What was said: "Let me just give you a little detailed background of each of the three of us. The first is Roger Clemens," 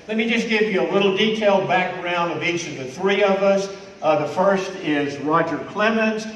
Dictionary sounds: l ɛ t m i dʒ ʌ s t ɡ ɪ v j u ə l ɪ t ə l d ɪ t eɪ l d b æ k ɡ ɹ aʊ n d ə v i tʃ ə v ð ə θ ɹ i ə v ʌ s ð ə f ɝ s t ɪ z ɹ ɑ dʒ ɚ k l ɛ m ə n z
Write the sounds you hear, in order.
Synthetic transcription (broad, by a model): l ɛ t m i dʒ ʌ s ɡ ɪ v j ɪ ə l ɪ t l d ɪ t eɪ l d b æ k ɡ ɹ aʊ n d ə v i tʃ ə v ð ə θ ɹ i ə v ʌ s ð ə f ɝ s t ɪ z ɹ ɑ dʒ ɚ k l ɛ m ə n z